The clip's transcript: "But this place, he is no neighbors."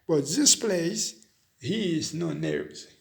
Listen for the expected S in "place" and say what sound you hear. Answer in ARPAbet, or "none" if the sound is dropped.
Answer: S